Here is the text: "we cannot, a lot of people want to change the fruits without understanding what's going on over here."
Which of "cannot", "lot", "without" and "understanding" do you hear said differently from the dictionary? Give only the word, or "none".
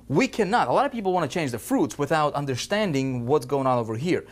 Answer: none